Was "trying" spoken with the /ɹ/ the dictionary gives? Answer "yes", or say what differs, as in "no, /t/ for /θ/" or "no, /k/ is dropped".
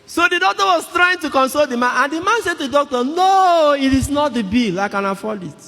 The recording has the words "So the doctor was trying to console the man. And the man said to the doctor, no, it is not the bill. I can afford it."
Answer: yes